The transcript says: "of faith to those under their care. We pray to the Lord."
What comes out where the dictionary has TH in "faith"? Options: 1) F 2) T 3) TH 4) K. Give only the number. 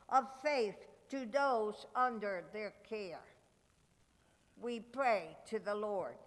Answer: 3